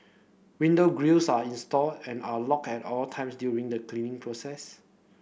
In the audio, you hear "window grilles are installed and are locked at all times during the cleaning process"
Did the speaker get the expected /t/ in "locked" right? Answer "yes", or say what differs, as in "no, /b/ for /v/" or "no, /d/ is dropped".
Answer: no, /t/ is dropped